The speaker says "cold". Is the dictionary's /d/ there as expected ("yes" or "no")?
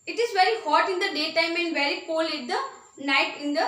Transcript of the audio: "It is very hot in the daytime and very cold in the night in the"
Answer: no